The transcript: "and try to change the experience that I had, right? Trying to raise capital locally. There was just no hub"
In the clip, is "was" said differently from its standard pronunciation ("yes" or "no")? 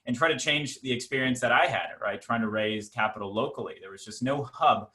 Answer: no